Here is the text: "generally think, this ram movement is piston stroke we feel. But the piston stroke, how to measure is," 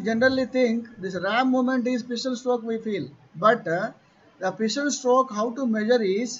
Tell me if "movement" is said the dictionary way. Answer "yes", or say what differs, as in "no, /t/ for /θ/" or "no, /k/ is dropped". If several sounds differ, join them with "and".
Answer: no, /v/ is dropped